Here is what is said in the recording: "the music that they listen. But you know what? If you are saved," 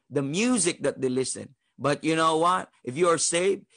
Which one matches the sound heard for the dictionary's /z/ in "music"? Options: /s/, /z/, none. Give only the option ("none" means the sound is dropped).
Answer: /z/